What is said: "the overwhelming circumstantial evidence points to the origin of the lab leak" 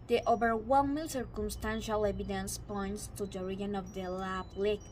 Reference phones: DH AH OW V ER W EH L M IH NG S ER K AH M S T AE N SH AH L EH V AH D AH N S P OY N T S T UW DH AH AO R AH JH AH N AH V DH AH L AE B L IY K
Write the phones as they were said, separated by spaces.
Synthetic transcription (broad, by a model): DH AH OW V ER W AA N M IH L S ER K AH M S T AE N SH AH L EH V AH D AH N S P OY N T S T UW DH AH R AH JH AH N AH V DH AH L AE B L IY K